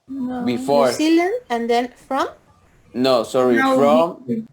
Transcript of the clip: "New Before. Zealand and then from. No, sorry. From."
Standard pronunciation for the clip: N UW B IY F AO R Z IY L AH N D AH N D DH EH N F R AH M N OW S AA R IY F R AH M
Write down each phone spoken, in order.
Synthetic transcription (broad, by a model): B IY F AO R S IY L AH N AH N D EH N F R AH M N OW S AA R IY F R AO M